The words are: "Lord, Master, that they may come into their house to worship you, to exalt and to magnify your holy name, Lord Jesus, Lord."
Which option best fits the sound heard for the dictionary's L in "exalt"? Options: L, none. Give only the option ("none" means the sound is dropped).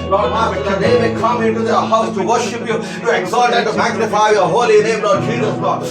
none